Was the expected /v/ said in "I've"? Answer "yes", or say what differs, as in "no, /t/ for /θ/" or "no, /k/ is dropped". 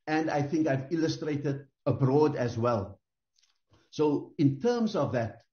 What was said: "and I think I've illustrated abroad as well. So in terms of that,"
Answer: yes